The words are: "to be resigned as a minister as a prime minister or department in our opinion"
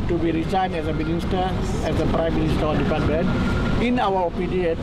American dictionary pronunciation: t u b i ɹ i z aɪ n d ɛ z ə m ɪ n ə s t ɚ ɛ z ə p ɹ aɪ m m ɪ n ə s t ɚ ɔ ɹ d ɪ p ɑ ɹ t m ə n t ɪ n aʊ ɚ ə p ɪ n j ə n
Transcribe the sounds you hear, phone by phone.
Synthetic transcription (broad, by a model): t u b i ɹ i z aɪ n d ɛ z ə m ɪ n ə s t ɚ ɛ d ə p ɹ aɪ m m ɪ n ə s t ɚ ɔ l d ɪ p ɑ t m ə n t ɪ n aʊ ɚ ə p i n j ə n